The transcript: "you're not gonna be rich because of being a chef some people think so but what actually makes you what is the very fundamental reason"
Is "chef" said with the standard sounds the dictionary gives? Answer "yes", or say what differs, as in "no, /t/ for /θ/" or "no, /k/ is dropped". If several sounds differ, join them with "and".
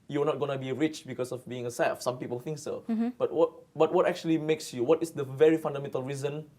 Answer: no, /s/ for /ʃ/